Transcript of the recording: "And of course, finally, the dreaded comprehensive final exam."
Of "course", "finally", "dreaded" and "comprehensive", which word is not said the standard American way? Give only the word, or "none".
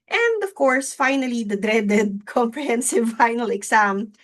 none